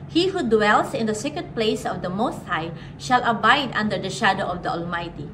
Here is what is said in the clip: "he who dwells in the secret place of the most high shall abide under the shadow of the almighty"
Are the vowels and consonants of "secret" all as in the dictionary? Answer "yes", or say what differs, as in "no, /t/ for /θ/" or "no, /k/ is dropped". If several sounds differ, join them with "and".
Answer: no, /ɹ/ is dropped